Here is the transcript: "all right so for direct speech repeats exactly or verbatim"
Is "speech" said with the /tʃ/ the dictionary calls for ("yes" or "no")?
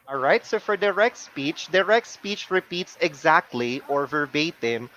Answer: yes